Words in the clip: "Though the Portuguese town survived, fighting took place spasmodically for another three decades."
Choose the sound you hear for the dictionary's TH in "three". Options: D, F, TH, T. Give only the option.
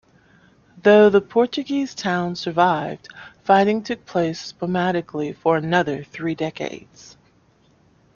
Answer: TH